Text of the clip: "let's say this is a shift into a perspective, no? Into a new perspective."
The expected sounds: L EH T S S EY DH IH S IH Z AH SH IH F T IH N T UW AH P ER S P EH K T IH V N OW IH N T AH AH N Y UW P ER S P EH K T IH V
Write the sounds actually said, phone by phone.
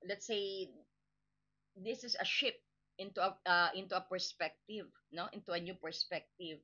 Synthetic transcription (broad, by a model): L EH T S S EY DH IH S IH S AH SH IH P T IH N T UW AH P ER S P EH K T IH V N OW IH N T AH AH N Y UW P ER S P EH K T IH V